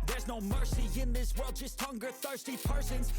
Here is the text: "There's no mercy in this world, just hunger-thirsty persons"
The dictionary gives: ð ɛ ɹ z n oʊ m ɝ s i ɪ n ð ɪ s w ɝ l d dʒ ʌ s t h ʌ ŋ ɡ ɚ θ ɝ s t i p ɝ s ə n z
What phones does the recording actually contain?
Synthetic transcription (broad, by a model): ð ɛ ɹ z n oʊ m ɝ s i ɪ n ð ɪ s w ɝ l d dʒ ʌ s t h ʌ ŋ ɡ ɚ θ ɝ s t i p ɝ s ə n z